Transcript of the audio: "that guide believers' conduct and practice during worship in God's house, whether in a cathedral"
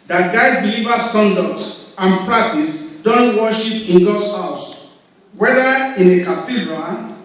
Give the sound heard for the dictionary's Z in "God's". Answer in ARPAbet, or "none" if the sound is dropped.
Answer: S